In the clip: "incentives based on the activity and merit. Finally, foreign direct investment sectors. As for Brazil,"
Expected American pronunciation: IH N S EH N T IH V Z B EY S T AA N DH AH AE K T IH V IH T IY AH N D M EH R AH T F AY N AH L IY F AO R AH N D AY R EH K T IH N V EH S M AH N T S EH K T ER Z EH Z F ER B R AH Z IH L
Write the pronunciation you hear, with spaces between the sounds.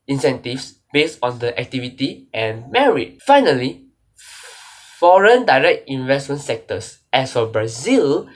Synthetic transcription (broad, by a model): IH N S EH N T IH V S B EY S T AA N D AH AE K T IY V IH T IY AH N M EH R AH T F AY N AH L IY F AO R AH N D AY R EH K T IH N V EH S M AH N T S EH K T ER S EH S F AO B R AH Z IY L